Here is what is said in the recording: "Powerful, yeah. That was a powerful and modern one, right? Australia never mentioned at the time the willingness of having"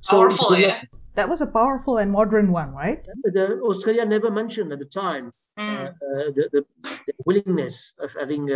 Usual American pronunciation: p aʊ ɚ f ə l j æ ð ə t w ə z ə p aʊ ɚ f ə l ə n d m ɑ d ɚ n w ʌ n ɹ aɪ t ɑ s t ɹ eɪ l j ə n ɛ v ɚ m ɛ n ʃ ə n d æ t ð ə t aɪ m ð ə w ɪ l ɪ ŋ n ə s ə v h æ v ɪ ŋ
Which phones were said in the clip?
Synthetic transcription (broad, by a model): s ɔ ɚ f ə ð ə t w ə z ə p aʊ ɚ f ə l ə n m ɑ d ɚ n w ʌ n ɹ aɪ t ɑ s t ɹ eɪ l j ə n ɛ v ɚ m ɛ n ʃ ə n d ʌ t ð ə t aɪ m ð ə w ɪ l ɪ ŋ n ə s ə v h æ v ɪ ŋ